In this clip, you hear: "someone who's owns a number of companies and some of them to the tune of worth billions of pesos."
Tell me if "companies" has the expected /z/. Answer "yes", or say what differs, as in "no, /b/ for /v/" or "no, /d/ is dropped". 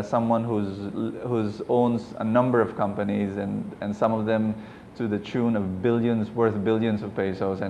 yes